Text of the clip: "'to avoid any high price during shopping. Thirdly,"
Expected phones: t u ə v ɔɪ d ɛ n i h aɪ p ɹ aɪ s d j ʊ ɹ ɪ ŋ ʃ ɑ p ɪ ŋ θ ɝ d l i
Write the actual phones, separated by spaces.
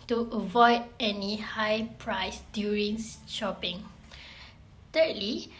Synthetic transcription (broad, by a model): t u ə v ɔɪ d ɛ n i h aɪ p ɹ aɪ s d j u ɹ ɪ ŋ ʃ ɑ p ɪ ŋ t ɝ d l i